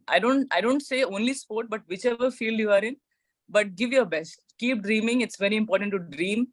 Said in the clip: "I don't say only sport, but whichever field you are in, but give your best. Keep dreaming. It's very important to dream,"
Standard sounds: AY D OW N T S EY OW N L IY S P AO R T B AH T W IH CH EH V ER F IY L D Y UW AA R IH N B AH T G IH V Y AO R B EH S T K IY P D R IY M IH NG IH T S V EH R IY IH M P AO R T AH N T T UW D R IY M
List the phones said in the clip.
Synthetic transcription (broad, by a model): AY D OW N T S EY OW N L IY S P AO R T B AH T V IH CH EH V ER F IY L D Y UW AA R IH N B AH T G IH V Y AO R B EH S T K IY P D R IY M IH NG IH T S V EH R IY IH M P AO R T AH N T T UW D R IY M